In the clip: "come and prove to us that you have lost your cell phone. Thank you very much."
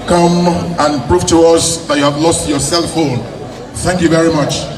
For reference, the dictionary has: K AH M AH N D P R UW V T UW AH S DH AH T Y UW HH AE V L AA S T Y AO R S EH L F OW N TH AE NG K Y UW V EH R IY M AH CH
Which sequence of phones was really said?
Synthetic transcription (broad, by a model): K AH M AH N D P R UW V T UW AH S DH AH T Y UW HH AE V L AA S T Y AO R S EH L F OW L TH AE NG K Y UW V EH R IY M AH CH